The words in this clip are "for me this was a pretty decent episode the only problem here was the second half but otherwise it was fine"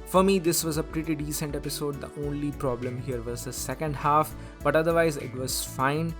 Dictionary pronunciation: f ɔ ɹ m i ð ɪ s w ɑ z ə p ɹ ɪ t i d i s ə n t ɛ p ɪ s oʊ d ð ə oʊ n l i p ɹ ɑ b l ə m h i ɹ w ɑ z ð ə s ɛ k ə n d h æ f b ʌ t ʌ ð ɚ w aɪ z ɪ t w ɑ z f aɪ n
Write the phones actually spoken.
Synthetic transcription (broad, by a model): f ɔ ɹ m i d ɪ s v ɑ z ə p ɹ ɪ t i d i s ə n t ɛ p ɪ s oʊ d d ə oʊ n l i p ɹ ɑ b l ə m h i ɹ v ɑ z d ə s ɛ k ə n d h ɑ f b ʌ t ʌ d ɚ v aɪ z ɪ t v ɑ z f aɪ n